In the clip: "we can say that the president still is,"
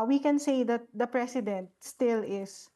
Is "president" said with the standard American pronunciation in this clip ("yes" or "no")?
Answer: no